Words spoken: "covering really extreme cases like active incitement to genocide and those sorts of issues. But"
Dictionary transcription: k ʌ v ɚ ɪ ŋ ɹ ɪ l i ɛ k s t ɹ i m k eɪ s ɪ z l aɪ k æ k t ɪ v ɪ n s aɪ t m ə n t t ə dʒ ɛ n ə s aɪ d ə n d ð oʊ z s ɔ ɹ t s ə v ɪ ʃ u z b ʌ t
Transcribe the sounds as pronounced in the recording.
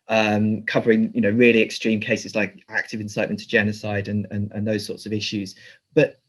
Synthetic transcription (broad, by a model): k ʌ v ɚ ɪ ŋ ɹ ɪ l i ɛ k s t ɹ i m k eɪ s ɪ z l aɪ k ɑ k t ɪ v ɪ n s aɪ t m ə n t t ə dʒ ɛ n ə s aɪ d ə n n ð oʊ z s ɔ t s ə v ɪ ʃ u z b ʌ t